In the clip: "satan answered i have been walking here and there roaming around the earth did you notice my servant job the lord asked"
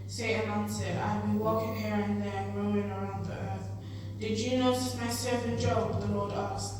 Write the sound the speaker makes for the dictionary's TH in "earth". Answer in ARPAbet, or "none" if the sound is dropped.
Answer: TH